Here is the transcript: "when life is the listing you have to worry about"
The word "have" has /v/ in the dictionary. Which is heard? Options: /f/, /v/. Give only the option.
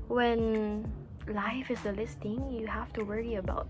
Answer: /f/